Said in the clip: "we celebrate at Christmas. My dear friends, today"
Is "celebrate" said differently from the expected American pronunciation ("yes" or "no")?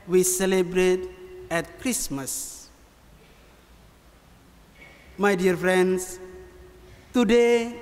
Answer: no